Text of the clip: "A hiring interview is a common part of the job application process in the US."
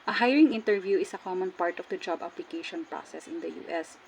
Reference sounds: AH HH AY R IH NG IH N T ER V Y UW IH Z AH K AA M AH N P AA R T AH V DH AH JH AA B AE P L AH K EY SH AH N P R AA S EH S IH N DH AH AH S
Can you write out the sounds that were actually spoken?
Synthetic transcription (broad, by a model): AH HH AY R IH NG IH N T ER V Y UW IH S AH K AA M AH N P AA R T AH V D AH JH AA B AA P L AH K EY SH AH N P R AA S EH S IH N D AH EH S